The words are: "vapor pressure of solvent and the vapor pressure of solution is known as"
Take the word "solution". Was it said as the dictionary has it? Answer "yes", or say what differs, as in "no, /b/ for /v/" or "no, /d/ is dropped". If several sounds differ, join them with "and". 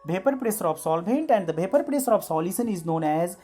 no, /s/ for /ʃ/